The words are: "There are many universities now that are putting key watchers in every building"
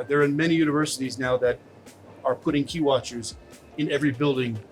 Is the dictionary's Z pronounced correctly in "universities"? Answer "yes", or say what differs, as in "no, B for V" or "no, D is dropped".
yes